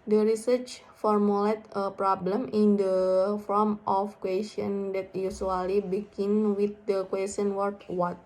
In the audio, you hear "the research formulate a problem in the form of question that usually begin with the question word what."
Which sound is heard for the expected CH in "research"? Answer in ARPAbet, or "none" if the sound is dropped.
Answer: CH